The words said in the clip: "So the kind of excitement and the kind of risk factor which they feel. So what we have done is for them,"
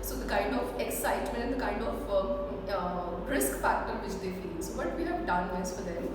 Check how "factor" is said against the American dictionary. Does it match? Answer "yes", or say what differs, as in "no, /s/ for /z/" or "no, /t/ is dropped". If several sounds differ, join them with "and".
no, /p/ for /f/